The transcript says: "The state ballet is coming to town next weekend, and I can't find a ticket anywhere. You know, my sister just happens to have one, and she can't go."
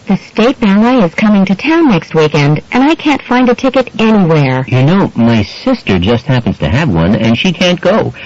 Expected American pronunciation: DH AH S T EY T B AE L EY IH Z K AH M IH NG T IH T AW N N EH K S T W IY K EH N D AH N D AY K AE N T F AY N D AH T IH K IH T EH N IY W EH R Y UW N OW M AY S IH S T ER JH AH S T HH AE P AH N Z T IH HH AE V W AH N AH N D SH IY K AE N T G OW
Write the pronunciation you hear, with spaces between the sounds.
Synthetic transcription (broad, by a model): DH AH S T EY T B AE N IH IH Z K AH M IH NG T IH T AW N N EH K S T W IY K EH N D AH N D AY K AE N T F AY N D AH T IH K IH T EH N IY W EH R Y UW N OW M AY S IH S T ER JH AH S T HH AE P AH N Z T IH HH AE V W AH N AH N SH IY K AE N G OW